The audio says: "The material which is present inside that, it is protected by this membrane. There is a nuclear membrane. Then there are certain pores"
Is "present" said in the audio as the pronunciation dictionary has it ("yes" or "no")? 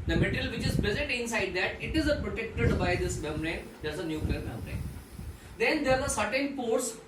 no